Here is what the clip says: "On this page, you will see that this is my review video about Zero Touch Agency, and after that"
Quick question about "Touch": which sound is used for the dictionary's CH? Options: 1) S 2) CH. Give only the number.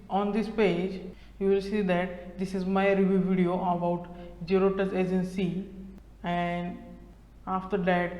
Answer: 1